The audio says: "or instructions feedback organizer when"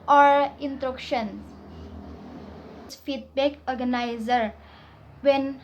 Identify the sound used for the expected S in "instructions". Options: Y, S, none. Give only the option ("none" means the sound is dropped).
none